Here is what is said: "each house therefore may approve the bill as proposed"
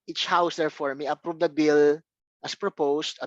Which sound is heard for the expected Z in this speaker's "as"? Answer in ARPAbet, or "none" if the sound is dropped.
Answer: S